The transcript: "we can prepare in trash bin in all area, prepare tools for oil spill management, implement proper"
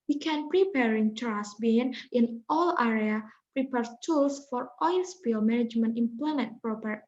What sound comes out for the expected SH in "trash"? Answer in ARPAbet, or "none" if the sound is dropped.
S